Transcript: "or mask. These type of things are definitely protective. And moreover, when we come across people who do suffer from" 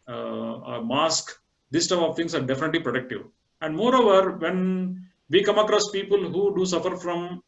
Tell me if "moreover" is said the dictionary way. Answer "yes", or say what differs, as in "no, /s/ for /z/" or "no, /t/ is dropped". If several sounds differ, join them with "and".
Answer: yes